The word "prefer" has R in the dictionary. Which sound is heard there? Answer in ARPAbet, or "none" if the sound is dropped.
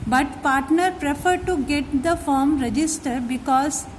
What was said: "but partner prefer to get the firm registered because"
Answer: R